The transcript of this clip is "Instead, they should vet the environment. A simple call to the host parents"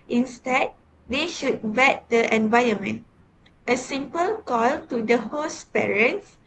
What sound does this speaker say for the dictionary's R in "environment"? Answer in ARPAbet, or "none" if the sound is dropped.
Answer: none